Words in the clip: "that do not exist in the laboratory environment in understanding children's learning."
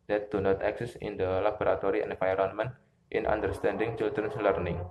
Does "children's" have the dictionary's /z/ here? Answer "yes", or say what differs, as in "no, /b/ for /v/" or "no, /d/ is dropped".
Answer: no, /s/ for /z/